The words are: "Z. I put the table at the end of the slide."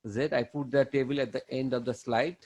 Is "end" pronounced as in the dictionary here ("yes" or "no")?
yes